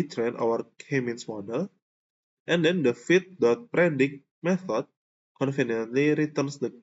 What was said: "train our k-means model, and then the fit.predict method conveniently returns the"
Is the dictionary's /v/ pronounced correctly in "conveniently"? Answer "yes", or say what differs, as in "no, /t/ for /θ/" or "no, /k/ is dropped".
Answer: no, /f/ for /v/